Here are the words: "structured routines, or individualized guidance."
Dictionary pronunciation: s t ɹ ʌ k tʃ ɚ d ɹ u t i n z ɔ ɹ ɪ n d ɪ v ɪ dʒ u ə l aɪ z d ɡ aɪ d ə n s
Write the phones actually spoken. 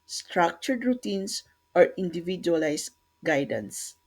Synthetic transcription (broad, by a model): s t ɹ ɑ k tʃ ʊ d ɹ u t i n s ɔ ɹ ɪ n d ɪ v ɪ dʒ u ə l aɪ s ɡ aɪ d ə n s